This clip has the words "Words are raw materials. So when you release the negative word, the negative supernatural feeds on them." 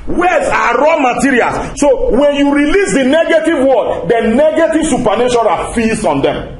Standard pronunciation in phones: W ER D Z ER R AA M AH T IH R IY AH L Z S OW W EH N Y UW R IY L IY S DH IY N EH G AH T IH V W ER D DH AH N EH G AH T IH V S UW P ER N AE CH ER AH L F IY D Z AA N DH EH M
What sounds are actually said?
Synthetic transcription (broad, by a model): W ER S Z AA R AA M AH T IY R IY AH L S S OW W EH N Y UW R IY L IY S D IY N EH G AH T IH V W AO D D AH N EH G AH T IH V S UW P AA N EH SH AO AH F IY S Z AA N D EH M